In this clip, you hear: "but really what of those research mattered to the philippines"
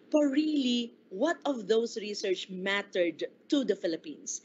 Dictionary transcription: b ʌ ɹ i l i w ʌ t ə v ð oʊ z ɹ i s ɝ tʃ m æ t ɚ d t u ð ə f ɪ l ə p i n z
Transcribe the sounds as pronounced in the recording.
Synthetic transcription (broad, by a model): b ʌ ɹ i l i w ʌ t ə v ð oʊ s ɹ i s ɝ tʃ m æ t ɚ d t u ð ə f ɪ l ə p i n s